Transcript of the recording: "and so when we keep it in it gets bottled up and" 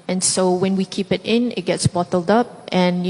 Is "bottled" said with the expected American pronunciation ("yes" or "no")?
yes